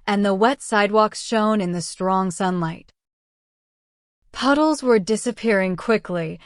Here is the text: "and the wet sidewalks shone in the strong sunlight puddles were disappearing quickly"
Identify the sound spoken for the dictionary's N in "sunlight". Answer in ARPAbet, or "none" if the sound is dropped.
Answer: N